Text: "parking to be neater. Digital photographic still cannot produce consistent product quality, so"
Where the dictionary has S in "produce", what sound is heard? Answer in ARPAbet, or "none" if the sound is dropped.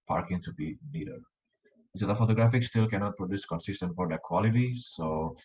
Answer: S